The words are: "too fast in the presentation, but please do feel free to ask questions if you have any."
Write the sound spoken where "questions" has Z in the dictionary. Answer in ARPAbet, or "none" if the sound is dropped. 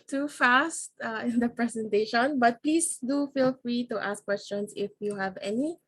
S